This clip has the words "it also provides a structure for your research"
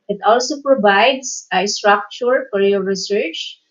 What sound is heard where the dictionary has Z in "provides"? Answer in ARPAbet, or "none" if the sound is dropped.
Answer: S